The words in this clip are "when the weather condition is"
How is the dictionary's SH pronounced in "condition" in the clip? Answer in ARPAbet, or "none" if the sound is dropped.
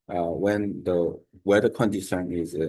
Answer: S